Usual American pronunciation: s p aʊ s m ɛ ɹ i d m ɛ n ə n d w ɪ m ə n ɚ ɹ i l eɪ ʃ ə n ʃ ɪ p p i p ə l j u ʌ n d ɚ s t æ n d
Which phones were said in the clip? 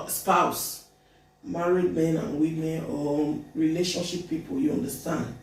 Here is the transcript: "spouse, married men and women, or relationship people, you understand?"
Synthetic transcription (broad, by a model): s p aʊ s m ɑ ɹ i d m ɛ n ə n w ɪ m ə n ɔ ɹ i l eɪ ʃ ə n ʃ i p p i p ə l j u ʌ n d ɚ s t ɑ n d